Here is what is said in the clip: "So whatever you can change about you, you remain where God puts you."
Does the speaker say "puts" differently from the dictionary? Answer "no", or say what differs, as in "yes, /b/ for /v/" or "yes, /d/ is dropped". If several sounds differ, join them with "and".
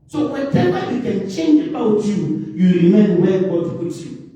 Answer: yes, /s/ is dropped